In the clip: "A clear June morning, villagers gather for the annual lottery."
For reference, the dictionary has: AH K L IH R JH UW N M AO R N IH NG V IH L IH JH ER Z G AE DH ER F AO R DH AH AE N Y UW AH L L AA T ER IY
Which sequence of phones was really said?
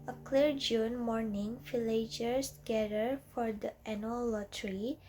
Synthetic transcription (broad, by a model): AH K L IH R JH UW N M AO R N IH NG F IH L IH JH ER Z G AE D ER F AO R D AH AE N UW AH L L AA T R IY